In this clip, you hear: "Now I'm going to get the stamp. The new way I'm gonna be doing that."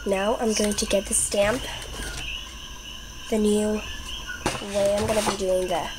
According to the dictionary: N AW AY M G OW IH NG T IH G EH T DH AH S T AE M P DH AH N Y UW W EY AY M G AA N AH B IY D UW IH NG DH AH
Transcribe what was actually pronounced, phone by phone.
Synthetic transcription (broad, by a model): N AW AY M G OW IH NG T IH G EH T DH AH S T AE M P DH AH N Y UW W EY AY M G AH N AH B IY D UW IH NG DH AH